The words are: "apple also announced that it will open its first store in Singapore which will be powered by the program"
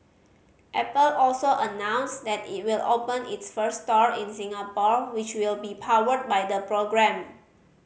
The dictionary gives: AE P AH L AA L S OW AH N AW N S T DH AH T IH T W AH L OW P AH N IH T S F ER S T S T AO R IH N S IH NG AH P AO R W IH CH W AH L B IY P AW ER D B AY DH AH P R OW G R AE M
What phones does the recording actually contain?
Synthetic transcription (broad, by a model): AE P AH L AA L S OW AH N AW N S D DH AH T IH T W AH L OW P AH N IH T S F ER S S T AO R IH N S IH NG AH P AO R W IH CH W AH L B IY P AW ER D B AY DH AH P R OW G R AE M